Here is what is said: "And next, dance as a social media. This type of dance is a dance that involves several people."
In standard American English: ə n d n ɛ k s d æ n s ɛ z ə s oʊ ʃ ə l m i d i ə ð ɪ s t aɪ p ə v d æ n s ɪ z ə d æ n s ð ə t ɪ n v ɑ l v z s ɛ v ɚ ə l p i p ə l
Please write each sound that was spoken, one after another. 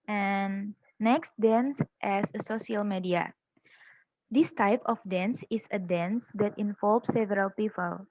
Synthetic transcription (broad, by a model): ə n n ɛ k s d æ n s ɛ s ə s oʊ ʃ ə l m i d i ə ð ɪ s t aɪ p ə f d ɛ n s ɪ s ə d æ n s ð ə t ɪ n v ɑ l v s ɛ v ɚ ə l p i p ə l